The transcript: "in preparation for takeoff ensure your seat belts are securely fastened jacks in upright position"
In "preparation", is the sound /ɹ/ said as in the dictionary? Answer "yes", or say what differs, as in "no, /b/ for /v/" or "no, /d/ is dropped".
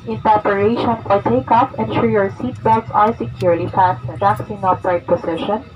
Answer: no, /ɹ/ is dropped